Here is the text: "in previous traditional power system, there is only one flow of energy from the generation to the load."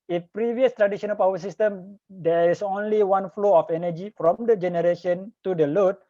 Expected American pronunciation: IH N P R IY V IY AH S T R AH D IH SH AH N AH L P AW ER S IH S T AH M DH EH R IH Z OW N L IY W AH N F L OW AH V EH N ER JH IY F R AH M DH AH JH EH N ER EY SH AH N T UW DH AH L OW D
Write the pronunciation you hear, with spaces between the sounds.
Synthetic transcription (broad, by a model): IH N P R IY V IY AH S T R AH D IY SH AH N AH L P AW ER S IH S T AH M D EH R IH S OW N L IY W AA N F L OW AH F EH N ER JH IY F R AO M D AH JH EH N ER EY SH AH N T UW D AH L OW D